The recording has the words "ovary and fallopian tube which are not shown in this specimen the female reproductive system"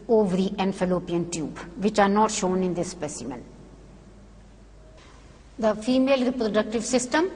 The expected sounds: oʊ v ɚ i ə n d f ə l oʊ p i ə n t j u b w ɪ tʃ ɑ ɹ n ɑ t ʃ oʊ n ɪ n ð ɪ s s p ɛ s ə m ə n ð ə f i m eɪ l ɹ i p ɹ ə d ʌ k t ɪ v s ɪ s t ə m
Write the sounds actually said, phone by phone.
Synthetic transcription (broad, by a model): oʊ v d i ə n f ə l oʊ p i ə n t j u b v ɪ tʃ ɑ ɹ n ɑ t ʃ oʊ n ɪ n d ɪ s s p ɛ s ə m ə n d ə f i m eɪ l ɹ i p ɹ ə d ʌ k t ɪ v s ɪ s t ə m